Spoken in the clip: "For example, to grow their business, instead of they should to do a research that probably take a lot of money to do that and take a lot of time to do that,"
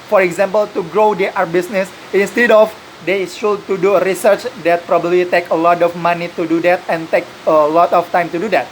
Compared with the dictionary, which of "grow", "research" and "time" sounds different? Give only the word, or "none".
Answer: none